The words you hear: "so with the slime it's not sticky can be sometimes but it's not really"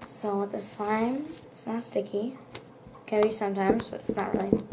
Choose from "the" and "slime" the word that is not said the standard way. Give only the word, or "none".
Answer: slime